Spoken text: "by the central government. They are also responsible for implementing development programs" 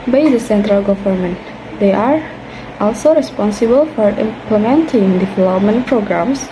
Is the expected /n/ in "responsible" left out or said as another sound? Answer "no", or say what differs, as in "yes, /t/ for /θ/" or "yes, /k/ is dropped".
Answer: no